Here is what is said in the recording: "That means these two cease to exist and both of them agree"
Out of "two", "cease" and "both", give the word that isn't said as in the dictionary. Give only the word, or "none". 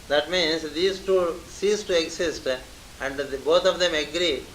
both